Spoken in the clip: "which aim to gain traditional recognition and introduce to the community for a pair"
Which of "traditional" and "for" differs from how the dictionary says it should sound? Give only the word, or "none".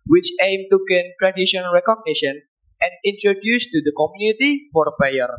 traditional